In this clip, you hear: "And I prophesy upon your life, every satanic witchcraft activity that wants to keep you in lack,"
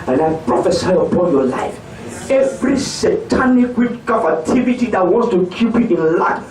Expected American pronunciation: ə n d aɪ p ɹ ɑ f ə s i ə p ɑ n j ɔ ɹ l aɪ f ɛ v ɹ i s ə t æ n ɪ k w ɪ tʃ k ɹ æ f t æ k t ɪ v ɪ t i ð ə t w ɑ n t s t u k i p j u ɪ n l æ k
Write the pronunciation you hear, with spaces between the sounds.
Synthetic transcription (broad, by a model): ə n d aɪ p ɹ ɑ f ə s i ə p ɑ n j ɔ l aɪ f ɛ v ɹ i s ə t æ n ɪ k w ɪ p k ɔ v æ t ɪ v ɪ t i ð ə t w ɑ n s t u k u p j u ɪ n l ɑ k